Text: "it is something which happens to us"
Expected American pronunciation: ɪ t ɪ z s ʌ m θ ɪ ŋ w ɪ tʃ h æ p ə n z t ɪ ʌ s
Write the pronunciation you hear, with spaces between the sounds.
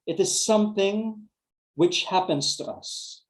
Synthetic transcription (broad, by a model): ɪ t ɪ z s ʌ m θ ɪ ŋ w ɪ tʃ h æ p ə n z t ɪ ʌ s